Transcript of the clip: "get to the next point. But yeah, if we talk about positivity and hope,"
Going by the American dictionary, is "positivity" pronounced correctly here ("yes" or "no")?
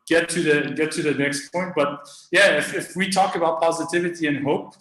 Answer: yes